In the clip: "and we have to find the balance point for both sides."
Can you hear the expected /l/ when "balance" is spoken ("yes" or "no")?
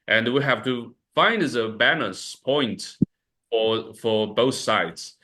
no